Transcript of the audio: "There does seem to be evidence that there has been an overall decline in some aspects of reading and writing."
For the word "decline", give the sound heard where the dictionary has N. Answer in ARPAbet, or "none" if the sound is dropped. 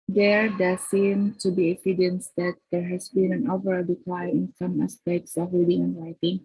none